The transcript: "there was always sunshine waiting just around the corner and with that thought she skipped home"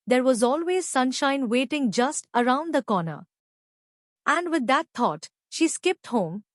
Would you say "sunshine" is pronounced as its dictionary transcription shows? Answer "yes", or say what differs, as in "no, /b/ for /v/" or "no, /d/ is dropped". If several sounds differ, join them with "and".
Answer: yes